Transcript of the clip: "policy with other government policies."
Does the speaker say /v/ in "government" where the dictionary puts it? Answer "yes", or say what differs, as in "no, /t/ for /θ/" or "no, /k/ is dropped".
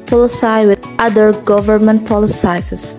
yes